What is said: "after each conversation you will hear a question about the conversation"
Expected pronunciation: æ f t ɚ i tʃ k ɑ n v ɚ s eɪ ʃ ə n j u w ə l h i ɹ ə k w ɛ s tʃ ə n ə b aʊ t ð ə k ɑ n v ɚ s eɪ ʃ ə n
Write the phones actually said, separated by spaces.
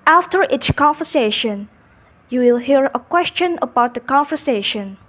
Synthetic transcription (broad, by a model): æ f t ɚ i s k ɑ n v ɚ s eɪ ʃ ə n j u w ə l h i ɹ ə k w ɛ s tʃ ə n ə b aʊ t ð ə k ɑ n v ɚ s eɪ ʃ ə n